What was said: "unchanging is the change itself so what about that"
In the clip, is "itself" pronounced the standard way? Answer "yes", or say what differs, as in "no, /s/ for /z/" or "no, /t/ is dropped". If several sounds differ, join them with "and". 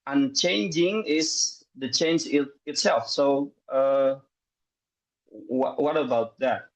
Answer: yes